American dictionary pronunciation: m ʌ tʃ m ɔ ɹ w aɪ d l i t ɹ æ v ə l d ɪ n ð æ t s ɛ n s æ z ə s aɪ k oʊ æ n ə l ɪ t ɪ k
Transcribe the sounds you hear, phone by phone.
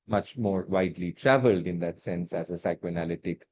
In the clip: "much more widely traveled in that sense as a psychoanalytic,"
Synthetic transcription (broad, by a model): m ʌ tʃ m ɔ ɹ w aɪ d l i t ɹ æ v ə l d ɪ n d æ t s ɛ n s æ z ə s aɪ k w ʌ n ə l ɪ t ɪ k